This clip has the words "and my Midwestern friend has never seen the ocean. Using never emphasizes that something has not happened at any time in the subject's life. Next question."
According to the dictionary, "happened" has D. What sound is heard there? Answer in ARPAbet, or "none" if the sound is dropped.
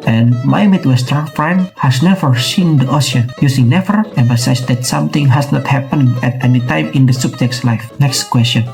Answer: none